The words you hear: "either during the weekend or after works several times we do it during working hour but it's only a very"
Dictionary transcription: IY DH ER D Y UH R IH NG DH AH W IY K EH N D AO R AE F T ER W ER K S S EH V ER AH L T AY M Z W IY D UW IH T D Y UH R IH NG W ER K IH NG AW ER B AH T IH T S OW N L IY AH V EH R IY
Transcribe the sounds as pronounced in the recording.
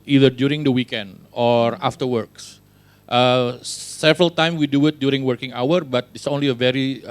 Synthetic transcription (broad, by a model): IY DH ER D Y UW R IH NG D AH W IY K EH N D AO R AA F T ER W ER K S S EH V ER AH L T AY M W IY D UW IH T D Y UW R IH NG W ER K IH NG AW ER B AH T IH T S OW N L IY AH V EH R IY